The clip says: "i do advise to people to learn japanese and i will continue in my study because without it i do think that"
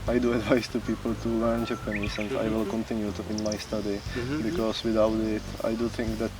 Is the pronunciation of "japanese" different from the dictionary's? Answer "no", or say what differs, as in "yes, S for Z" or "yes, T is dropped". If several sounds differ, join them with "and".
yes, S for Z